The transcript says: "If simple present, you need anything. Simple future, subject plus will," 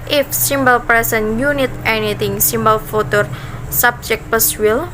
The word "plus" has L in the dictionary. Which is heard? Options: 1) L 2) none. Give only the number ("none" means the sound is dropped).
2